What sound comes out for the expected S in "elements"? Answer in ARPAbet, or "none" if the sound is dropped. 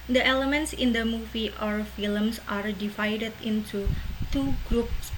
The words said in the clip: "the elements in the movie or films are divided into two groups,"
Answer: S